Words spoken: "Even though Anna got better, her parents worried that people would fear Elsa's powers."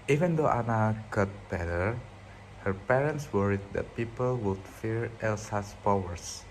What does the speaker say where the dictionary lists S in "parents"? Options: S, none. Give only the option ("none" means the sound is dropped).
S